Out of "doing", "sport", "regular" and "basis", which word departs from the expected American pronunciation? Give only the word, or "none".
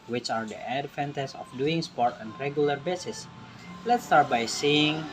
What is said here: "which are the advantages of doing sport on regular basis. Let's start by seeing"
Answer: none